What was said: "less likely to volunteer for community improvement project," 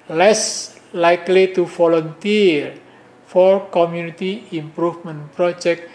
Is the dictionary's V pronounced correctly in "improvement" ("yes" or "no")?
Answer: no